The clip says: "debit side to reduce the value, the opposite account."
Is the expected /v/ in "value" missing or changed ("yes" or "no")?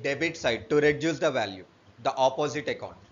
no